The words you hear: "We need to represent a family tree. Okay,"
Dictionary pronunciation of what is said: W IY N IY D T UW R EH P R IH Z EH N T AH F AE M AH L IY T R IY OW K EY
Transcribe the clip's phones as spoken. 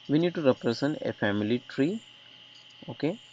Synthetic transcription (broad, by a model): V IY N IY D T UW R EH P R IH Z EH N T AH F AE M AH L IY T R IY OW K EY